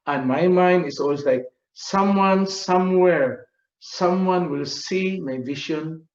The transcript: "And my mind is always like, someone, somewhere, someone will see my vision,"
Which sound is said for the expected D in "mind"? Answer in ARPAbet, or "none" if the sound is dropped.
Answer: D